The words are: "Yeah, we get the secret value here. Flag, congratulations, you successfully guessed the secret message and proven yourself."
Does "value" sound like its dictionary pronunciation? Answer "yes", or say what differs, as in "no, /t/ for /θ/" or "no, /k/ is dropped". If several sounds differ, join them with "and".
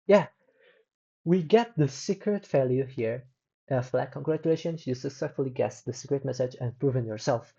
no, /f/ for /v/